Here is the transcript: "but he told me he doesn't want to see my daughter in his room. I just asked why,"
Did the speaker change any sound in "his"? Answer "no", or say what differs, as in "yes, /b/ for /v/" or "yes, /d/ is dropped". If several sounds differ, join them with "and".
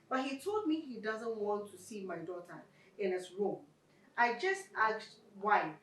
yes, /s/ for /z/